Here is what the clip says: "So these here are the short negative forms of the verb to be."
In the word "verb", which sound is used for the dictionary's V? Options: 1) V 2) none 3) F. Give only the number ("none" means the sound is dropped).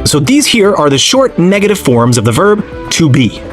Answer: 1